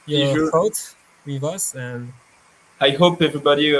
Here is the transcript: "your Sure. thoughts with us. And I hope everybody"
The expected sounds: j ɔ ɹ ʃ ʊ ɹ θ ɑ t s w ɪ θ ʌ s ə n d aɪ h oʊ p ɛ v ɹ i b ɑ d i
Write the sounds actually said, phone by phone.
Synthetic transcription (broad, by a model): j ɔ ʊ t w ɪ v ʌ s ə n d aɪ h oʊ p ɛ v ɹ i b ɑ d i